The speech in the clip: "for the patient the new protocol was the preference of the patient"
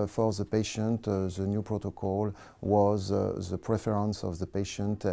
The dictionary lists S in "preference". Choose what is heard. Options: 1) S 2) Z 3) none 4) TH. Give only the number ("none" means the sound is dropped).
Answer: 1